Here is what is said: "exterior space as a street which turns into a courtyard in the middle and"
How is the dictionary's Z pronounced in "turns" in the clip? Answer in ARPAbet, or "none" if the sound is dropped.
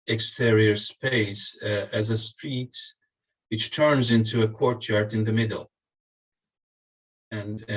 Z